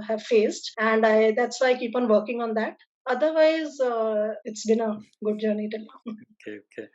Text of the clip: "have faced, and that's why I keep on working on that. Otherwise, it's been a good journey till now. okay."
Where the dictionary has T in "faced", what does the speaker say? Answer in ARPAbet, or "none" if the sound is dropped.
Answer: T